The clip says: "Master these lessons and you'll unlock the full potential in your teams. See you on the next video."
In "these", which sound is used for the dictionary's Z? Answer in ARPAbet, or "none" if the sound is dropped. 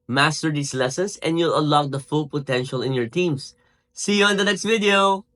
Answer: S